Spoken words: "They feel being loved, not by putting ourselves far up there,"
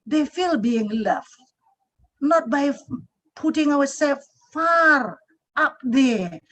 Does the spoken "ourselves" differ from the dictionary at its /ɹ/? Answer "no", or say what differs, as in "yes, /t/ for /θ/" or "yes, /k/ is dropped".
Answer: yes, /w/ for /ɹ/